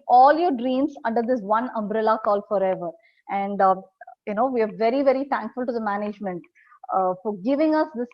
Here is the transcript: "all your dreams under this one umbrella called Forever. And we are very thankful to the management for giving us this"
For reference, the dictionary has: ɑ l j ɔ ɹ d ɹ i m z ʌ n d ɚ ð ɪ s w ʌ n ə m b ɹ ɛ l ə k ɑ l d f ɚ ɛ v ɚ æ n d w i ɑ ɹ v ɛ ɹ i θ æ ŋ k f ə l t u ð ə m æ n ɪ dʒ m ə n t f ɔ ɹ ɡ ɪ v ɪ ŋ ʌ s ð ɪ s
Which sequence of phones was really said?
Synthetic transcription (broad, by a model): ɑ l j ɔ ɹ d ɹ i m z ʌ n d ɚ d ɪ s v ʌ n ə m b ɹ ɛ l ə k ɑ l f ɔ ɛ v ɚ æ n d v i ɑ ɹ v ɛ ɹ i t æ ŋ k f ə l t u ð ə m æ n ɪ dʒ m ə n t f ɔ ɹ ɡ ɪ v ɪ ŋ ʌ s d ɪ s